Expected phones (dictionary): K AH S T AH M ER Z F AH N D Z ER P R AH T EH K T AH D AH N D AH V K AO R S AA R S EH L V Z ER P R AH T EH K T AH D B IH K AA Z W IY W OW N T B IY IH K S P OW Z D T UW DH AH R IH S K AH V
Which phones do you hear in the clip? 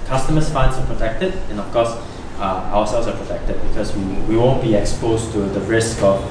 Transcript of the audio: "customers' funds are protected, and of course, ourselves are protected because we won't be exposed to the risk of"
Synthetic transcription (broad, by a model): K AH S T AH M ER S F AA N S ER P R AH T EH K T AH D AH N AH F K AO S AA W S EH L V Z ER P R AH T EH K T AH D B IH K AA S W IY W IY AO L B IY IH K S P OW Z T UW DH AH R IH S K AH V